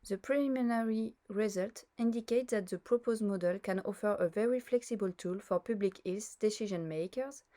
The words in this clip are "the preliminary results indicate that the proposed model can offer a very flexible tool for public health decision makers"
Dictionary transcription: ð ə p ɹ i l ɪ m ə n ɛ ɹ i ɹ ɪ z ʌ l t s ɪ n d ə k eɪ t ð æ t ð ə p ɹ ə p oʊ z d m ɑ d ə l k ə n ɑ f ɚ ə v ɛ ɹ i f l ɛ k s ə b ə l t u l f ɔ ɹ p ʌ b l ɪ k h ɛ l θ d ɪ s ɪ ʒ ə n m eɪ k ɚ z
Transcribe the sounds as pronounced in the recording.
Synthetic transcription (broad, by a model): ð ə p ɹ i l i m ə n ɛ ɹ i ɹ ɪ z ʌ l t ɪ n d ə k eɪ t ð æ t ð ə p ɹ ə p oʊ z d m ɑ d ə l k ə n ɑ f ɚ ə v ɛ ɹ i f l ɛ k s ə b ə l t u l f ɔ ɹ p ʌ b l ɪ k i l s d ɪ s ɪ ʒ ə n m eɪ k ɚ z